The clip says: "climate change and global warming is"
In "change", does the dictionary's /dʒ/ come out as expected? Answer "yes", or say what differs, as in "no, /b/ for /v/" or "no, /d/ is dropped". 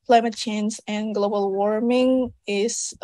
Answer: no, /z/ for /dʒ/